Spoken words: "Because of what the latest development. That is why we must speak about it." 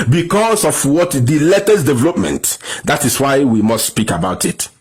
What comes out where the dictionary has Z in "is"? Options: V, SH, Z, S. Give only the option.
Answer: S